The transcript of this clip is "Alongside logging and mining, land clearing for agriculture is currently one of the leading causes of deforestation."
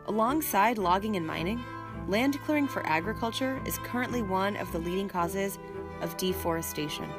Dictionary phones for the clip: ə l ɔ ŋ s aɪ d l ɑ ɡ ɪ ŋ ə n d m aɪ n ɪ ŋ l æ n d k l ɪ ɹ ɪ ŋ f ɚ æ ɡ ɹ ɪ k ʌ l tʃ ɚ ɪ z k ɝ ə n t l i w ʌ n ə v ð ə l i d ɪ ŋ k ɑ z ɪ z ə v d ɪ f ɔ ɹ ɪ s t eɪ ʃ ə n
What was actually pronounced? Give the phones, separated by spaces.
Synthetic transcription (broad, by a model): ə l ɔ ŋ s aɪ d l ɑ ɡ ɪ ŋ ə n m aɪ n ɪ ŋ l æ n d k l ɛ ɹ ɪ ŋ f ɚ æ ɡ ɹ ɪ k ʌ l tʃ ɚ ɪ z k ɝ ə n t l i w ʌ n ə v ð ə l i d ɪ ŋ k ɑ z ɪ z ə v d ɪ f ɔ ɹ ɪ s t eɪ ʃ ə n